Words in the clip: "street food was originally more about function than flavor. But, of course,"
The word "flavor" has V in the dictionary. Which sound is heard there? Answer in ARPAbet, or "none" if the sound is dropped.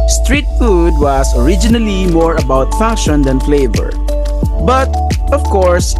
V